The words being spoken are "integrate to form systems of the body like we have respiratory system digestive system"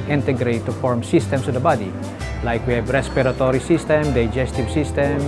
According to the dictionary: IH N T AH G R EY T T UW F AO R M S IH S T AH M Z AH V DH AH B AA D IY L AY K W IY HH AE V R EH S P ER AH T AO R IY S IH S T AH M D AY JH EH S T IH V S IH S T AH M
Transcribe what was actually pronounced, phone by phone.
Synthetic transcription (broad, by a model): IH N T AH G R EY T T UW F AO R M S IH S T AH M S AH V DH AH B AA D IY L AY K W IY HH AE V R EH S P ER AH T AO R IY S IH S T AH M D AY JH EH S T IH V S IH S T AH M